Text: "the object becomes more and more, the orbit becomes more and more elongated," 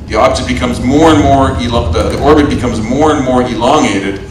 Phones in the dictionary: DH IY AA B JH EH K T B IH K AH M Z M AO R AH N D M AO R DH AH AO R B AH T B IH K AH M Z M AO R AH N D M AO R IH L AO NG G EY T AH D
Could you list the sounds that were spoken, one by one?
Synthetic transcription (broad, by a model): DH IY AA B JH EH T B IH K AH M Z M AO R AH N M AO R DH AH AO R B AH T B IH K AH M Z M AO R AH N M AO R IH L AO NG EY T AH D